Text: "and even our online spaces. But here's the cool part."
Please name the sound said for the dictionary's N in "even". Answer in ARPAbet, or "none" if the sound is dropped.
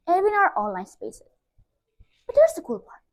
none